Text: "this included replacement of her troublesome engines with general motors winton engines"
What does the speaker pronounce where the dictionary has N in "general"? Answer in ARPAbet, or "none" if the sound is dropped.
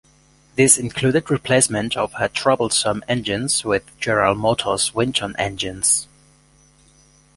none